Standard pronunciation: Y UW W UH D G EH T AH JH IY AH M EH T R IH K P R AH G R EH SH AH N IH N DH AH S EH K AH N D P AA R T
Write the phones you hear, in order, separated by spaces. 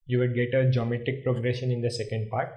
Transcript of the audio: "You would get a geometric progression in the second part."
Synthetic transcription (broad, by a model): Y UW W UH D G EH T AH JH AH M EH T IH K P R AH G R EH SH AH N IH N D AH S EH K AH N D P AA R T